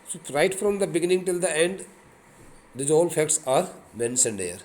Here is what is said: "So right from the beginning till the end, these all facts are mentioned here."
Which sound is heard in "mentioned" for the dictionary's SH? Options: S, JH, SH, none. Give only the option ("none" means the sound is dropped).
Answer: S